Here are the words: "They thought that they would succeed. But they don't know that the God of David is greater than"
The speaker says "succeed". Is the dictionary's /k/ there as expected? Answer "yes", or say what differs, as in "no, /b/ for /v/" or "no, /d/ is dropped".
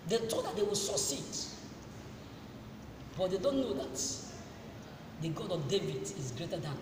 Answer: no, /k/ is dropped